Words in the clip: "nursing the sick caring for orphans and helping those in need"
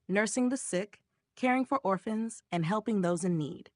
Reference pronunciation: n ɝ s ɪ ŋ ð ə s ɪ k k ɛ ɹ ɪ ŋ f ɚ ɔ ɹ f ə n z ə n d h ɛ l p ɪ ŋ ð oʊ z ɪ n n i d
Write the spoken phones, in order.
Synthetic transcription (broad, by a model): n ɝ s ɪ ŋ ð ə s ɪ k k ɛ ɹ ɪ ŋ f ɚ ɔ ɹ f ə n z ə n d h ɛ l p ɪ ŋ ð oʊ z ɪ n n i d